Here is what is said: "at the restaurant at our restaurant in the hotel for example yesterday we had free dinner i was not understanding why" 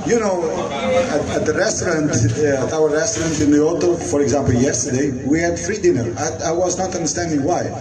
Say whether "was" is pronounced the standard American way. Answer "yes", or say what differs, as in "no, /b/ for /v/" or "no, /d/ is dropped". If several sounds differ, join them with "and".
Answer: yes